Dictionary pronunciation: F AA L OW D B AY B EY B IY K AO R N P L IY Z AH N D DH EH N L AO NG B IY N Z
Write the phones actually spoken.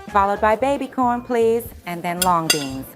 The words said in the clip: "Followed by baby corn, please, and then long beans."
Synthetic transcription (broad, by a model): F AA L OW D B AY B EY B IY K AO R N P L IY Z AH N DH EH N L AO NG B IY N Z